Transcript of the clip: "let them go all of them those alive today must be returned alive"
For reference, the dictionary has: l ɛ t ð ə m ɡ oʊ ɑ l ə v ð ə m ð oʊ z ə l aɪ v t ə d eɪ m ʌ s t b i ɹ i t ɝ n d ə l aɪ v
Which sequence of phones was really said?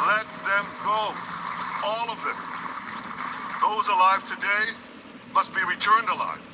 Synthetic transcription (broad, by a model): l ɛ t ð ə m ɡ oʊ ɑ l ə v ð ə m ð oʊ z ə l aɪ v t ə d eɪ m ʌ s t b i ɹ i t ɝ n d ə l aɪ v